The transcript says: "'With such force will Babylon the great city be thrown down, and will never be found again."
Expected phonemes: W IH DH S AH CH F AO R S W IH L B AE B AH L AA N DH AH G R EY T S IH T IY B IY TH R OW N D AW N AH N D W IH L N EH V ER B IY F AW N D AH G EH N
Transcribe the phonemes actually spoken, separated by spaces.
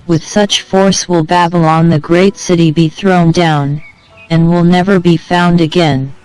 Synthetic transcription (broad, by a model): W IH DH S AH CH F AO R S W IH L B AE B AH L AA N DH AH G R EY T S IH T IY B IY TH R OW N D AW N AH N W IH L N EH V ER B IY F AW N D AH G EH N